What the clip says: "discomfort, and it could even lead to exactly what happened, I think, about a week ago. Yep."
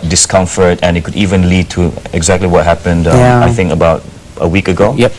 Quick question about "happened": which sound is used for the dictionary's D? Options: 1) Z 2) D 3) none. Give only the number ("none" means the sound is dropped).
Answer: 2